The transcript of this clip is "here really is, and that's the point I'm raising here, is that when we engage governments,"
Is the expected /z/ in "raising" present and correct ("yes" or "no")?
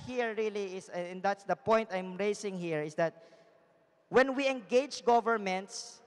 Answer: no